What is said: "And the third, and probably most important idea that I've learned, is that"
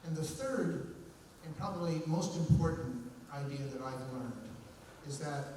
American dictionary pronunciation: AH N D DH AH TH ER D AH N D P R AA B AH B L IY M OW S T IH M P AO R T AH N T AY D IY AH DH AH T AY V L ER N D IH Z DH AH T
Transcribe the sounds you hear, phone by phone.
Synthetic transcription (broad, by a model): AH N DH AH TH ER D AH N P R AA B AH B L IY M OW S T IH M P AO R T N T AY D IY AH DH AH T AY V L ER N D IH Z DH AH T